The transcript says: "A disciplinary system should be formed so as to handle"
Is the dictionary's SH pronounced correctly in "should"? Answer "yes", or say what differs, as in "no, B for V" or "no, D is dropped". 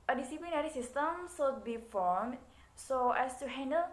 no, S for SH